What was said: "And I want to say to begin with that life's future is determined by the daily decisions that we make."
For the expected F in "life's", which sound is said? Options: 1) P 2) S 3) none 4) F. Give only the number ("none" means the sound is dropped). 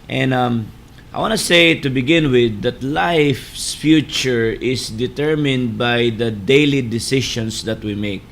4